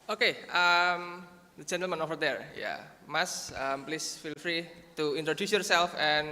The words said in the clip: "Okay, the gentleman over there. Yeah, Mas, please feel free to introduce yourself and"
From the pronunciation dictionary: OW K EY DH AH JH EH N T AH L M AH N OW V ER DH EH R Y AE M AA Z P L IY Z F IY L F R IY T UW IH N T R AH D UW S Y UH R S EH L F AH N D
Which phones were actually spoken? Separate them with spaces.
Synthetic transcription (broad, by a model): OW K EY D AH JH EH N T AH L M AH N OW F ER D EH R Y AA M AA S P L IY S F IY L F R IY T UW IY N T R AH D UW S Y UH R S EH L F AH N